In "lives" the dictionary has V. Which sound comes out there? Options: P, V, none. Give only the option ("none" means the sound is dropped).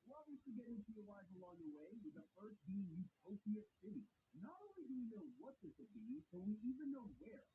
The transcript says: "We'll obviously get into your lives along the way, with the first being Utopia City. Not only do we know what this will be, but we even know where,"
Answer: none